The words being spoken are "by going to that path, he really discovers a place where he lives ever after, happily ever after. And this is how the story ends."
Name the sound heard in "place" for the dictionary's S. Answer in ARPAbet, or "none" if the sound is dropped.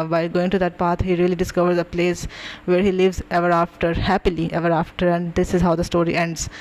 S